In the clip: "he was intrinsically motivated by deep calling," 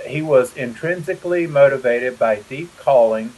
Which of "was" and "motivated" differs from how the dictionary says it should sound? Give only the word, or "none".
none